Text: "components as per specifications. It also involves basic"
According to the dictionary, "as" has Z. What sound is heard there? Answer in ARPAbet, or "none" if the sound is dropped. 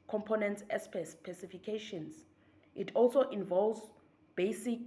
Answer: S